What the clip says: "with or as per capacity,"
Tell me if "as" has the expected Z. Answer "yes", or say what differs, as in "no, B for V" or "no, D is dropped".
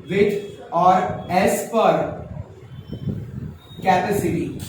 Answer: no, S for Z